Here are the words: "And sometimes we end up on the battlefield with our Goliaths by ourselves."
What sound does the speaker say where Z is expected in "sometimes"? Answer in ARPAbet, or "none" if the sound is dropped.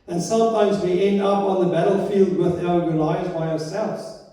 Z